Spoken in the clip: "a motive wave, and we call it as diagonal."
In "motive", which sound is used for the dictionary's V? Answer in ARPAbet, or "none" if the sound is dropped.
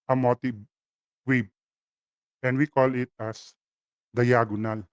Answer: B